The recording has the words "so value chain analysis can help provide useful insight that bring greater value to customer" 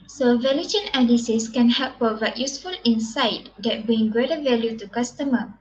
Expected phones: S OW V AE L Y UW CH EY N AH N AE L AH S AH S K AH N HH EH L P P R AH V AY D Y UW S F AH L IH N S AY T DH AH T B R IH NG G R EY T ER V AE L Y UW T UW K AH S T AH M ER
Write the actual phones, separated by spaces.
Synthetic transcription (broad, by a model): S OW V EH L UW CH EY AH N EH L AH S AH S K AH N HH EH L P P AH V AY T Y UW S F AH L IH N S AY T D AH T B R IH NG G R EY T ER V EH L Y UW T UW K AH S T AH M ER